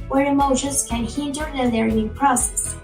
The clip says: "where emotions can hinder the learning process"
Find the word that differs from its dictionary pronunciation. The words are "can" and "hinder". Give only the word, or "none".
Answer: none